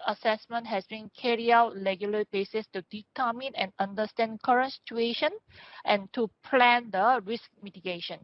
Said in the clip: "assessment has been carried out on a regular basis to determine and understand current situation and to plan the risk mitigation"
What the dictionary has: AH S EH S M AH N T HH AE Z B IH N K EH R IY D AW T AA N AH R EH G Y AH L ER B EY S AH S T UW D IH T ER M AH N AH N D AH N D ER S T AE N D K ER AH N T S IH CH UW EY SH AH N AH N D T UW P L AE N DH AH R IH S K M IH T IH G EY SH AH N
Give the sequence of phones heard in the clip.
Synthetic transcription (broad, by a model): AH S EH S M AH N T HH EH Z B IH N K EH R IY AW T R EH G Y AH L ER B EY S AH S T UW D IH T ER M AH N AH N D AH N D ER S T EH N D K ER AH N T S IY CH UW EY SH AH N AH N T UW P L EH N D AH R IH S K M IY T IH G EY SH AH N